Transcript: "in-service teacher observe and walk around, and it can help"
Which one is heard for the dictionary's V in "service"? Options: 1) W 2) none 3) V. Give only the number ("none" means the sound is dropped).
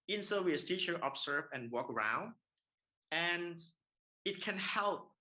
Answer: 1